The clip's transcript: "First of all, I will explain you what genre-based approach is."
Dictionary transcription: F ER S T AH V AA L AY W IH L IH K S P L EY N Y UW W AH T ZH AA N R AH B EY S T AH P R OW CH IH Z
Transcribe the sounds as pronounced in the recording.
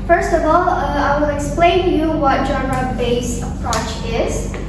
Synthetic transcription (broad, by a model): F ER S T AH V AA L AY W IH L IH K S P L EY N Y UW W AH T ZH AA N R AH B EY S AH P R OW CH IH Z